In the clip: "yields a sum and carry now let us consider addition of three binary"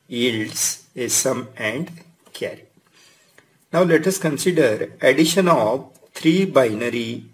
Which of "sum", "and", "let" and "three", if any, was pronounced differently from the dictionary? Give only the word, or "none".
three